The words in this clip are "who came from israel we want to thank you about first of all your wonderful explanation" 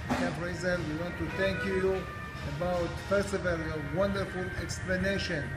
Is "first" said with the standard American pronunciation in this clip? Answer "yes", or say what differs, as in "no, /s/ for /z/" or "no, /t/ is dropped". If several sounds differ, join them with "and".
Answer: no, /t/ is dropped